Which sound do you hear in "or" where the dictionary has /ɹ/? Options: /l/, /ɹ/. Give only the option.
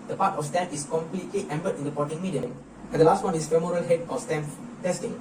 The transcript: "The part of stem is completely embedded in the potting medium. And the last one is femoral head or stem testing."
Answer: /l/